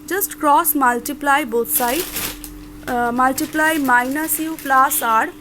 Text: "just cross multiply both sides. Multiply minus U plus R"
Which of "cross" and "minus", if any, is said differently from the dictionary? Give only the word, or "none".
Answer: none